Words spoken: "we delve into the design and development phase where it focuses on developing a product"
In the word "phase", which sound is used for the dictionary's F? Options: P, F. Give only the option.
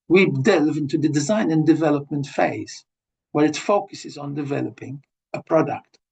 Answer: F